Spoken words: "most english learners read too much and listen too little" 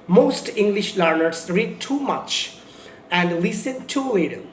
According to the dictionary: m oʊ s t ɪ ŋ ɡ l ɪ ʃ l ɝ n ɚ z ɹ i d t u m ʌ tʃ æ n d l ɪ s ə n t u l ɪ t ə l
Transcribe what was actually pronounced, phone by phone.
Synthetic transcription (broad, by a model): m oʊ s t ɪ ŋ ɡ l ɪ ʃ l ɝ n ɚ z ɹ i d t u m ʌ tʃ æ n d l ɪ s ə n t u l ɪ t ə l